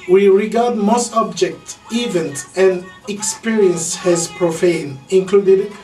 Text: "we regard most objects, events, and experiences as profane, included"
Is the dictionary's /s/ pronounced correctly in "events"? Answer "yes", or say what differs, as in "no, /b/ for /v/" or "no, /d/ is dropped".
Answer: no, /s/ is dropped